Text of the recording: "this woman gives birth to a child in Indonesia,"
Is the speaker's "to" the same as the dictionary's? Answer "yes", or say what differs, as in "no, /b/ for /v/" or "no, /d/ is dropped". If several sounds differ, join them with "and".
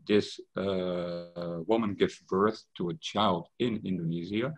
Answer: yes